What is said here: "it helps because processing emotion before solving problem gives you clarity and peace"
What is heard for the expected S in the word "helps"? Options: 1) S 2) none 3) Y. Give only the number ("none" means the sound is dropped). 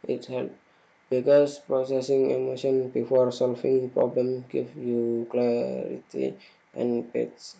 2